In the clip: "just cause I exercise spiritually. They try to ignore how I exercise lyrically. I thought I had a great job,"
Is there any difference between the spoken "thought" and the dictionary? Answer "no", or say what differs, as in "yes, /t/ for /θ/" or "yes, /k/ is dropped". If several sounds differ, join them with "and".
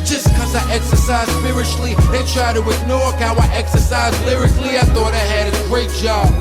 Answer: no